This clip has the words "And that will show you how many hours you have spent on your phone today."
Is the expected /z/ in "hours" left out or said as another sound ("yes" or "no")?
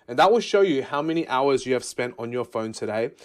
no